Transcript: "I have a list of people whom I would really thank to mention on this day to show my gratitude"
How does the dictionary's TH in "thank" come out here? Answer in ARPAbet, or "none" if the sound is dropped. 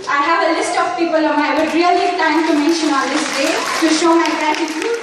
T